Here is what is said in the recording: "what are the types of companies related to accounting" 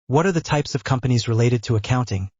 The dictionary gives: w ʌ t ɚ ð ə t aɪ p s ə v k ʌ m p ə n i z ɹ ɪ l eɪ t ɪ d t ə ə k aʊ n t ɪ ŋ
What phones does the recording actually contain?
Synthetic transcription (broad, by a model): w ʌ t ɚ ð ə t aɪ p s ə v k ʌ m p ə n i z ɹ ɪ l eɪ t ɪ d t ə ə k aʊ n t ɪ ŋ